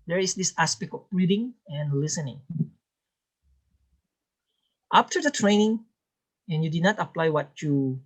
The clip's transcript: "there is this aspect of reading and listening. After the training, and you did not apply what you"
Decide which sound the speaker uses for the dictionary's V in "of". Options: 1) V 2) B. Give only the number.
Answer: 2